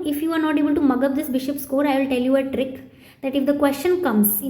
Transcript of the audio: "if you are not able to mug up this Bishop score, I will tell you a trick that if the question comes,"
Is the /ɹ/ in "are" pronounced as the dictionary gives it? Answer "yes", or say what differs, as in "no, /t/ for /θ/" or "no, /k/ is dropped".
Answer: yes